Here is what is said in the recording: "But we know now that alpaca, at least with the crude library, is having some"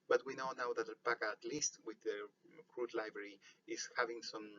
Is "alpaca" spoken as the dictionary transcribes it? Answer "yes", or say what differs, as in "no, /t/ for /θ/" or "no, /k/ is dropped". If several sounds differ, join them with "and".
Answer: no, /l/ is dropped